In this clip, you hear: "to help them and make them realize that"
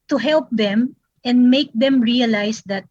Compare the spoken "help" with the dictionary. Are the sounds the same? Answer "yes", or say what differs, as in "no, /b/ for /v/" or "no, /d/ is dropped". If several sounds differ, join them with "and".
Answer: yes